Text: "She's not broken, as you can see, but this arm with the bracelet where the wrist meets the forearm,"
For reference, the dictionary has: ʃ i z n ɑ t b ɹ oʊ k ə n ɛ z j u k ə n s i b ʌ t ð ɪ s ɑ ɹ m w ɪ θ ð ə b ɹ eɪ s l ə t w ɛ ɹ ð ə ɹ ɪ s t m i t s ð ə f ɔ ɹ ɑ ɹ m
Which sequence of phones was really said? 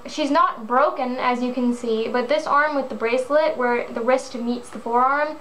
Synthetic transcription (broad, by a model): ʃ i z n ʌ t b ɹ oʊ k ə n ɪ z j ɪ k ə n s i b ʌ t ð ɪ s ɑ ɹ m w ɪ ð ə b ɹ eɪ s l ə t w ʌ ɹ ð ə ɹ ɪ s t m i t s ð ə f ɔ ɹ ɑ ɹ m